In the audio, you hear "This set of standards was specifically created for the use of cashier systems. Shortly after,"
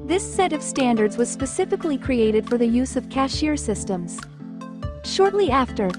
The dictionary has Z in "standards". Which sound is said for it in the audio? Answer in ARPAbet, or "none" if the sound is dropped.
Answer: Z